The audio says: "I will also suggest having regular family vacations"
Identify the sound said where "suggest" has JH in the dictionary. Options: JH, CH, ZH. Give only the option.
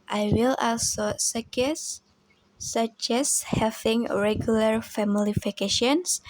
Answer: CH